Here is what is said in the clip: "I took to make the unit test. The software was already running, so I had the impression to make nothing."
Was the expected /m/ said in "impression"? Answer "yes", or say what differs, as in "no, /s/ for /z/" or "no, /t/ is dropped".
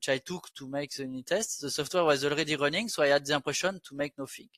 no, /m/ is dropped